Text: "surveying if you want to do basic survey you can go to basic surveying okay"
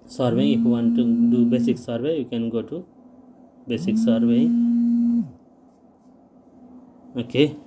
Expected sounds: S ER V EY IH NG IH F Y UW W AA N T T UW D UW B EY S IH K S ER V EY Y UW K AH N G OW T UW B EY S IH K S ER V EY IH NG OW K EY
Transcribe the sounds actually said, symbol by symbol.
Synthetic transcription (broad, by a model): S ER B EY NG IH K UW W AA N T T UW D UW B EY S IH K S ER B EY Y UW K AH N G OW T UW B EY S IH K S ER B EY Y OW K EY